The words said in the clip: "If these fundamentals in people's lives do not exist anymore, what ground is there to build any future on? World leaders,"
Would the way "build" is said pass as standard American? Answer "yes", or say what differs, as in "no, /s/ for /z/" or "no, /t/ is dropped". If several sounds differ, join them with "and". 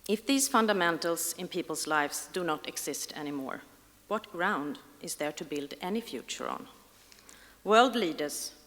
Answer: yes